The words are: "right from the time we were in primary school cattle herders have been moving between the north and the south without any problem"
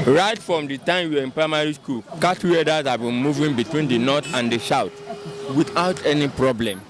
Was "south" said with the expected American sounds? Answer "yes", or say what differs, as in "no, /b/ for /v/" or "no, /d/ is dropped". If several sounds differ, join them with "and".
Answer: no, /ʃ/ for /s/ and /t/ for /θ/